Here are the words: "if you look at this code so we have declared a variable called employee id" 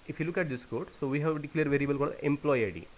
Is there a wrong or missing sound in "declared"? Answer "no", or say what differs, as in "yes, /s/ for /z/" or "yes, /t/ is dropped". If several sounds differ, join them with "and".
yes, /l/ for /ɹ/